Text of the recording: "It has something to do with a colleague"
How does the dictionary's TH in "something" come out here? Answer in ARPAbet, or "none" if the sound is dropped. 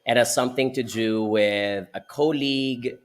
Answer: TH